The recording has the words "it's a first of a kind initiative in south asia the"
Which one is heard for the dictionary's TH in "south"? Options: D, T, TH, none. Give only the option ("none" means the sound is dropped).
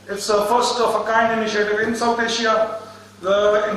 T